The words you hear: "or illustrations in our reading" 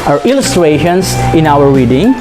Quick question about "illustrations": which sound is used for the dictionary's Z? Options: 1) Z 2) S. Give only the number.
2